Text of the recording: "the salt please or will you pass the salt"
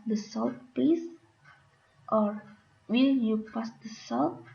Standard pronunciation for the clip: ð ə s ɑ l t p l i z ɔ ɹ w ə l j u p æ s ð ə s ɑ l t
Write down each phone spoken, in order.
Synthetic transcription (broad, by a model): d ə s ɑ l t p i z ɔ ɹ w ə l j u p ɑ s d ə s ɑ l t